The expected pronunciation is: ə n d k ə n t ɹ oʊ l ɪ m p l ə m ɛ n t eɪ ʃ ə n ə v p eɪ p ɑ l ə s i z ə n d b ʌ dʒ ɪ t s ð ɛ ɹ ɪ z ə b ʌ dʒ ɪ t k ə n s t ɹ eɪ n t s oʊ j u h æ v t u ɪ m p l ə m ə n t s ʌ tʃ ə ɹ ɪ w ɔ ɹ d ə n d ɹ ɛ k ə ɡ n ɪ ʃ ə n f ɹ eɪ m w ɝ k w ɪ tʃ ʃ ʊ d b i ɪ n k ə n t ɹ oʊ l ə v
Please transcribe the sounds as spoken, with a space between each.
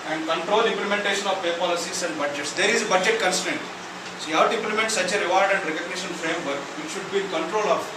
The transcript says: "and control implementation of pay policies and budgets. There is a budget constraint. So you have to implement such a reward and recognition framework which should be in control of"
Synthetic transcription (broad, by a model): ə n d k ə n t ɹ oʊ l ɪ m p l ə m ɛ n t eɪ ʃ ə n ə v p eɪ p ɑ l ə s i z ə n d b ʌ dʒ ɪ t s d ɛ ɹ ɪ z ə b ʌ dʒ ɪ t k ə n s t eɪ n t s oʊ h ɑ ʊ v t u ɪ m p l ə m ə n t s ʌ tʃ ə ɹ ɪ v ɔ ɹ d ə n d ɹ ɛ k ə ɡ n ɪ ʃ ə n f ɹ eɪ m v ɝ k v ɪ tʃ ʃ ʊ d b i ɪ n k ə n t ɹ oʊ l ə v